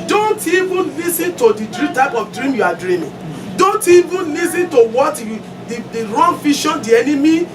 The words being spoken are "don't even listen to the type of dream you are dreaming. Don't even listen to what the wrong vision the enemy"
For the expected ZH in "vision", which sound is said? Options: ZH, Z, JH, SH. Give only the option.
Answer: SH